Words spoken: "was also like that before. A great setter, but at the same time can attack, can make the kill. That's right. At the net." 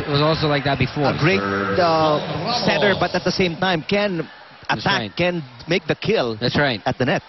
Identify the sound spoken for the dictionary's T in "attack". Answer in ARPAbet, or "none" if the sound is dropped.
S